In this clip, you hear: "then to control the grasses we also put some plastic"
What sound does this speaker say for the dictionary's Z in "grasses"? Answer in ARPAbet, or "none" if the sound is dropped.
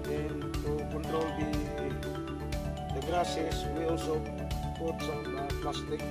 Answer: S